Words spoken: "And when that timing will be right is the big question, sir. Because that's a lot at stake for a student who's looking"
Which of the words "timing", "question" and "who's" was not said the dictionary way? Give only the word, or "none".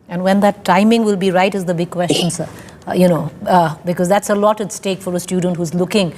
none